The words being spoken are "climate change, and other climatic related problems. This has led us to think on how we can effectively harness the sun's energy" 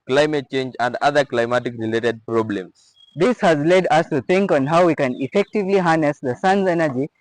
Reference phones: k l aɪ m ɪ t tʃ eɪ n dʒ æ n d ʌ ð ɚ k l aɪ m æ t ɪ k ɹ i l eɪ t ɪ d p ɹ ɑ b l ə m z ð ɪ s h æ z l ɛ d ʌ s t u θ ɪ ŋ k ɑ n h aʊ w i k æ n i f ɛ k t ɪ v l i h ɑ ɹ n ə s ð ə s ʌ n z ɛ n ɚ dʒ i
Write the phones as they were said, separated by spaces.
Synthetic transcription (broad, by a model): k l aɪ m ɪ t tʃ eɪ n dʒ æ n d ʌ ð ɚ k l aɪ m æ t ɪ k ɹ i l eɪ t ɪ d p ɹ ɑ b l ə m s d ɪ s h æ z l ɛ d ʌ s t u t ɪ ŋ k ɑ n h aʊ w i k æ n i f ɛ k t ɪ v l i h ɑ n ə s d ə s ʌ n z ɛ n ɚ dʒ i